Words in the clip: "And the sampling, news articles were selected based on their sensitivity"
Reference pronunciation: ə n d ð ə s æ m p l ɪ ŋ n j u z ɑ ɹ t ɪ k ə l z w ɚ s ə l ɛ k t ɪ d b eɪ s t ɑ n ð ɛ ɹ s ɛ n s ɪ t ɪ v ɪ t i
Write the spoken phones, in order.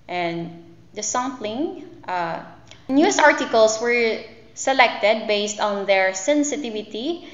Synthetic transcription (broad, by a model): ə n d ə s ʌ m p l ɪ ŋ n j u s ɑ ɹ t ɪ k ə l s w ɚ s ə l ɛ k t ɪ d b eɪ s t ɑ n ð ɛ ɹ s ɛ n s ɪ t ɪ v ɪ t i